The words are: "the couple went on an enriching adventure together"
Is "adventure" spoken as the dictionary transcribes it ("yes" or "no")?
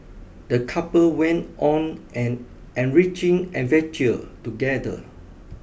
no